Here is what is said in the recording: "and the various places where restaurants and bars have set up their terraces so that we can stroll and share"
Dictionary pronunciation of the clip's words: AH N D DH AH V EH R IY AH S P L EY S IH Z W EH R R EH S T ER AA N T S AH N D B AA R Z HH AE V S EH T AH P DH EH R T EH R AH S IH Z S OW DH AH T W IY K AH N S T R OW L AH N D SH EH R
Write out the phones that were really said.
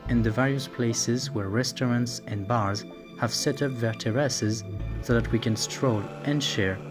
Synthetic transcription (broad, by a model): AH N DH AH V EH R IY AH S P L EY S IH Z W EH R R EH S T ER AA N T S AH N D B AA R Z HH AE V S EH T AH P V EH R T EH R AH S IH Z S OW DH AH T W IY K AH N S T R OW L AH N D SH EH R